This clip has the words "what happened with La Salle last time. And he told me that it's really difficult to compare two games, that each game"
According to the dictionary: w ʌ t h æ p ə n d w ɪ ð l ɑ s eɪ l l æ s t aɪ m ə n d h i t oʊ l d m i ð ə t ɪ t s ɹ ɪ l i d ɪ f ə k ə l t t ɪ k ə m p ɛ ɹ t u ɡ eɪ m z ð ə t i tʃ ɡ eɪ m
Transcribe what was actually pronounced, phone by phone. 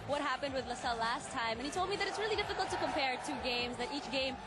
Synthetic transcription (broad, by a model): w ʌ t h æ p ə n d w ɪ ð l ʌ s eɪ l l æ s t aɪ m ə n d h i t oʊ l d m i ð ə t ɪ t s ɹ ɪ l i d ɪ f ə k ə l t t ɪ k ə m p ɛ ɹ t u ɡ eɪ m z ð ə t i tʃ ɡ eɪ m